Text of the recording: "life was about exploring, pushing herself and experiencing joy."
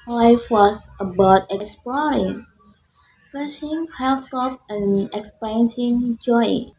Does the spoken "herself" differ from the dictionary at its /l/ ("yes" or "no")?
yes